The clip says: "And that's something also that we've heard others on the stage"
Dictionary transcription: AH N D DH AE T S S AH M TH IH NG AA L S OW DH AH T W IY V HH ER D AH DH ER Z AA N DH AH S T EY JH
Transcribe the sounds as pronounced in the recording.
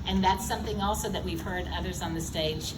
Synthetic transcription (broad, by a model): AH N DH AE T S S AH M TH IH NG AA L S OW DH AH T W IY V HH ER D AH DH ER Z N DH AH S T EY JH